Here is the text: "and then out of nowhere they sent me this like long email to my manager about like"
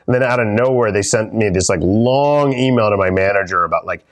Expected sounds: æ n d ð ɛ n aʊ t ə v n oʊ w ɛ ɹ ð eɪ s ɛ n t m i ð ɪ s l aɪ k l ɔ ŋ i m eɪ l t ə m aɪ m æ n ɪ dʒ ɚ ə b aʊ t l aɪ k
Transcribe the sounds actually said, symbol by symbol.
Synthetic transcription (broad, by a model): n ð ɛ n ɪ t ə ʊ n oʊ w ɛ ɹ ð eɪ s ɛ n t m i ð ɪ s l aɪ k l ɔ ŋ i m eɪ l t ə m aɪ m æ n ɪ dʒ ɚ ə b aʊ t l aɪ k